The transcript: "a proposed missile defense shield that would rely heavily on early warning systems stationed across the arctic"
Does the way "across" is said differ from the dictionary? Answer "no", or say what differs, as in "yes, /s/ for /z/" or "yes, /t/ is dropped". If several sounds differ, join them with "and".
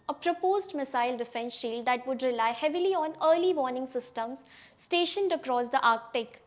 no